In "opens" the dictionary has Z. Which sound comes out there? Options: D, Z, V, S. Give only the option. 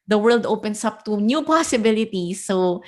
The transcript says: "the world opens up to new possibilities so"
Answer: S